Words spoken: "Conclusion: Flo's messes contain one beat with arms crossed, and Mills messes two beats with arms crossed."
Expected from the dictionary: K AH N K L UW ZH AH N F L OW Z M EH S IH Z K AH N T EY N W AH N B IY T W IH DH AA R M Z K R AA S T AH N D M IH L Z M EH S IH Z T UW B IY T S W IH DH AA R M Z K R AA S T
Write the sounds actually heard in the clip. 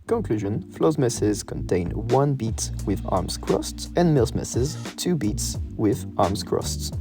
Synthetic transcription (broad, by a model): K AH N K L UW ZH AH N F L OW Z M EH S IH Z K AH N T EY N W AH N B IY T W IH DH AA R M Z K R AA S T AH N M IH L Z M EH S IH Z T UW B IY T S W IH DH AA R M Z K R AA S T